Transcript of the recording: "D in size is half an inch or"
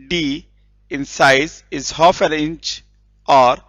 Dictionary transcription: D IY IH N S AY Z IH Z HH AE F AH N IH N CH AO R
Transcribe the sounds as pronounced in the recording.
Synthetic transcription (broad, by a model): D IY IH N S AY Z IH Z HH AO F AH L IH N CH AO R